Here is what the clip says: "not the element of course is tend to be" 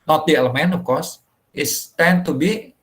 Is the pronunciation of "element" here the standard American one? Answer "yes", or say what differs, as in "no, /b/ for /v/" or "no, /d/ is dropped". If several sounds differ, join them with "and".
no, /t/ is dropped